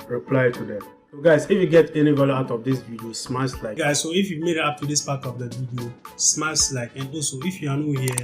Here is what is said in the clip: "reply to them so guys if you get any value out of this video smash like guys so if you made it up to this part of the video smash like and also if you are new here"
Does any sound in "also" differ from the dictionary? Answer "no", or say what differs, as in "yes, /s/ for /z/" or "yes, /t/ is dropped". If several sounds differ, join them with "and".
yes, /l/ is dropped